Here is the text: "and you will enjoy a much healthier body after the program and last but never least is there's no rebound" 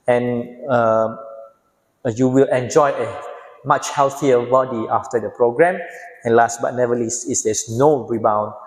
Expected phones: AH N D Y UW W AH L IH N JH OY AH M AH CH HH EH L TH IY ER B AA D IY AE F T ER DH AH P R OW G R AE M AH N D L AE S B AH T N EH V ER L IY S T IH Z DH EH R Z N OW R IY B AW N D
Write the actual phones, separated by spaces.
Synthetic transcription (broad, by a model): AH N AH Y UW W AH L IH N JH OY AH M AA CH HH EH L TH IY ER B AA D IY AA F T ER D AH P R OW G R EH M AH N L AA S B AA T N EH V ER L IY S IH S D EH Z N OW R IY B AW N